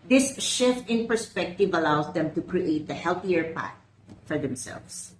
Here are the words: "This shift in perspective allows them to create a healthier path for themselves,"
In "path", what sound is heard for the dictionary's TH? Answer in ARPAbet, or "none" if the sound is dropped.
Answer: T